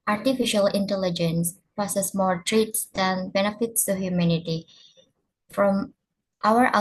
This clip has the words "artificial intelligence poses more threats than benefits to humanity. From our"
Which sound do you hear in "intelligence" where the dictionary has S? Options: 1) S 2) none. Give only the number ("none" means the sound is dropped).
1